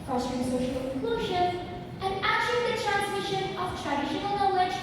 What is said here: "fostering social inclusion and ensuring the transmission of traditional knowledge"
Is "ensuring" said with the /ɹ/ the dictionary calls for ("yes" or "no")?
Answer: no